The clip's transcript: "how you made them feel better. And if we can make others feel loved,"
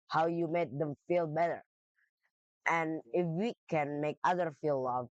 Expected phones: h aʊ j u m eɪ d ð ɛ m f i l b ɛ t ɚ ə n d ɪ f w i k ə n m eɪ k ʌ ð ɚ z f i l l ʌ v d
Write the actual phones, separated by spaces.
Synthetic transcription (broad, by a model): h aʊ j u m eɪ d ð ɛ m f i l b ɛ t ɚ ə n ɪ f w i k ə n m eɪ k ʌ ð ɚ f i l l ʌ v